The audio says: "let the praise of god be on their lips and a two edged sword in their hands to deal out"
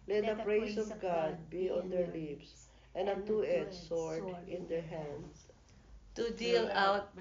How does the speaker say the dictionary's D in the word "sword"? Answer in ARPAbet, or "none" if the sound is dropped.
none